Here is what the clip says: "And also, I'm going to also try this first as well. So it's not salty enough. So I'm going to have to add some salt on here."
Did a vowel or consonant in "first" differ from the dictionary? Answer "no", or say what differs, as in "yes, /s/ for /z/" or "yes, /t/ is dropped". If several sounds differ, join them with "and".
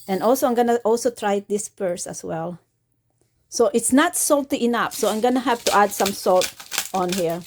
yes, /p/ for /f/ and /t/ is dropped